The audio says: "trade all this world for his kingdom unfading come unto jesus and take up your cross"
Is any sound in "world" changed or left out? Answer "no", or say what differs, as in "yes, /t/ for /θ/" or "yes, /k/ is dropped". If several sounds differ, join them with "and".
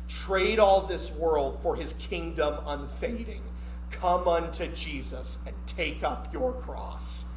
no